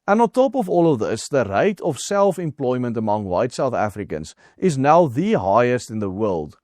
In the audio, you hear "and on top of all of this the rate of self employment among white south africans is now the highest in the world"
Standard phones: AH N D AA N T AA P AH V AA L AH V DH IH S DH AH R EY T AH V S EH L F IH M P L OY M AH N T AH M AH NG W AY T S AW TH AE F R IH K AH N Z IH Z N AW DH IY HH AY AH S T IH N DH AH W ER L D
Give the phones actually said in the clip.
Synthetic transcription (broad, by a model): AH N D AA N T AA P AH V AA L AH V DH IH S DH AH R EY T AH V S EH L F IH M P L OY M AH N T AH M AH NG W AY T S AW TH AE F R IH K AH N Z IH Z N AW DH IY HH AY AH S T IH N DH AH W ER L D